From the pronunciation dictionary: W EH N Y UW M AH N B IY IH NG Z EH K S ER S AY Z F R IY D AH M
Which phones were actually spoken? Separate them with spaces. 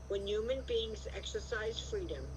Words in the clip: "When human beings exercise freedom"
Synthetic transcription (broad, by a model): W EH N Y UW M AH N B IY IH NG Z EH K S ER S AY Z F R IY D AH M